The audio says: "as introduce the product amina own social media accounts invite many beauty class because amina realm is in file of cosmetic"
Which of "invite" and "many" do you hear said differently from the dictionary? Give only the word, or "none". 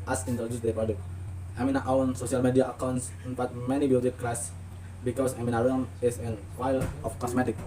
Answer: invite